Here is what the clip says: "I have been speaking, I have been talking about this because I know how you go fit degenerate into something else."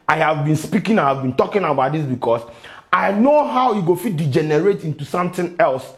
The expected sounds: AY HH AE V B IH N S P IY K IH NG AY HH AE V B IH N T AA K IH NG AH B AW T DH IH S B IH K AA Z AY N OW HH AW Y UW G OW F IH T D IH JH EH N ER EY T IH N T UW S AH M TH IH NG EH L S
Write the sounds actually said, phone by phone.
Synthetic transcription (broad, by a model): AY HH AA V B IH N S P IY K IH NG AY HH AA V B IH N T AA K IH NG AH B AW T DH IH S B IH K AA S AY N OW HH AW Y UW G OW F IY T D IH JH EH N ER EY T IH N T UW S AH M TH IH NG EH L S